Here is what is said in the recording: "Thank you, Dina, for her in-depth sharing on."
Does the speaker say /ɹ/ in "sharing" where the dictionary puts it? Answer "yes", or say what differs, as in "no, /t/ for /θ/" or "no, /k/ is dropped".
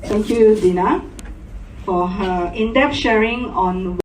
yes